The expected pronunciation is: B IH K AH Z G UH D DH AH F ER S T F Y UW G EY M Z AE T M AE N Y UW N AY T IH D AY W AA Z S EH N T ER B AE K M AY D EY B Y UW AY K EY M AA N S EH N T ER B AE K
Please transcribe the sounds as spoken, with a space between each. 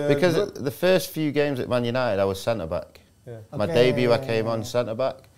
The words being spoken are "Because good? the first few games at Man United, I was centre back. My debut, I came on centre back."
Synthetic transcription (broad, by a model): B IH K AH Z DH AH F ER S T F Y UW G EY M Z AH T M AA N Y UW N AY T IH D AY W AA Z S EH N T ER B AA K M AY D EY B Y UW AY K EY M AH N S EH N T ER B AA K